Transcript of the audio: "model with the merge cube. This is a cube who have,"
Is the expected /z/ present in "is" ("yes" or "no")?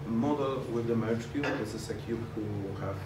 no